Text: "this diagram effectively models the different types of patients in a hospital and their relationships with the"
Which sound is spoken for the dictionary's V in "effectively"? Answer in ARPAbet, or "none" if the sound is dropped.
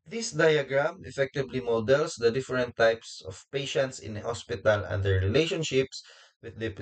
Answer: B